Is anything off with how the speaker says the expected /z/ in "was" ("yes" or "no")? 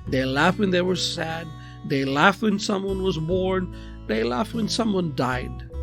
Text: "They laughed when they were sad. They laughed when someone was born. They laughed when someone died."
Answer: no